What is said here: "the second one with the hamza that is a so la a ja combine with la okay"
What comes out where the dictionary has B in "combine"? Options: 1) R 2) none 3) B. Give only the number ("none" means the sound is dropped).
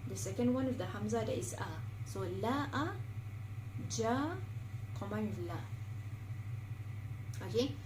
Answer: 2